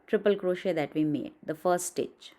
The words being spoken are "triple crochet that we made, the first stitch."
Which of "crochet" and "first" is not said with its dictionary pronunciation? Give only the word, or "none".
first